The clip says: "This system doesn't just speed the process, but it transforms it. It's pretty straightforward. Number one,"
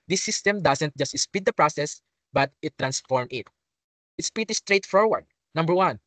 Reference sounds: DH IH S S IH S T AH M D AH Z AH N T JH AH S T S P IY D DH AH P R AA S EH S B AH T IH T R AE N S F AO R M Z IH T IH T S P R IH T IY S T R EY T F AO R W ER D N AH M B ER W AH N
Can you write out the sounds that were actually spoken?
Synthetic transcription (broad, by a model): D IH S S IH S T AH M D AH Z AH N T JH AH S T S P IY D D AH P R AA S EH S B AH T IH T R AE N S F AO R M IH T IH T S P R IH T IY S T R EY T F AO R W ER D N AH M B ER W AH N